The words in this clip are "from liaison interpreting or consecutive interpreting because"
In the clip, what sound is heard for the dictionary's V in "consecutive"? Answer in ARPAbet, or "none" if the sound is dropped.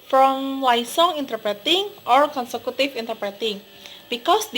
F